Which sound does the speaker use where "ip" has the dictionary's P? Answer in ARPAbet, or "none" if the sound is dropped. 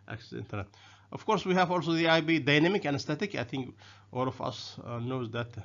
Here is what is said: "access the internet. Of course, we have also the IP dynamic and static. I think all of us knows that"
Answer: B